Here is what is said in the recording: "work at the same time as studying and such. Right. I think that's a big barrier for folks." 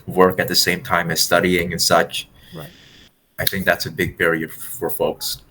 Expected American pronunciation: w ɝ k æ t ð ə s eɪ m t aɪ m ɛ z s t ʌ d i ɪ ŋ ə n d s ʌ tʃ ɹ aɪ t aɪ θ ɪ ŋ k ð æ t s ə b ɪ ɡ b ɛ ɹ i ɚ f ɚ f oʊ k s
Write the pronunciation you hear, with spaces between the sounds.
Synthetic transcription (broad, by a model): w ɝ k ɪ t ð ə s eɪ m t aɪ m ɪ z s t ʌ d i ɪ ŋ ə n s ʌ tʃ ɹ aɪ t aɪ θ ɪ ŋ k ð æ t s ə b ɪ ɡ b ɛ ɹ i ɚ f ɚ f oʊ k s